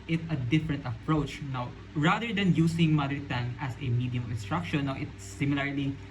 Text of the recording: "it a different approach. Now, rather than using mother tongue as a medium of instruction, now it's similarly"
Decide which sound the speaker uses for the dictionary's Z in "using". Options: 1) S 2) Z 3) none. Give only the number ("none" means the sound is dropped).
1